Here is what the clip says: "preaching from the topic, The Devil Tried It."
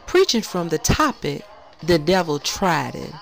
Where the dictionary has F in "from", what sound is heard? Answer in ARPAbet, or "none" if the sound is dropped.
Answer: F